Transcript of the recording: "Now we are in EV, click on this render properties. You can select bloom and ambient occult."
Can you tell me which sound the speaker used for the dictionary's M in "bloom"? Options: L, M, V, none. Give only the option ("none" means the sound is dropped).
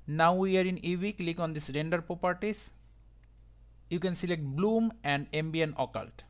M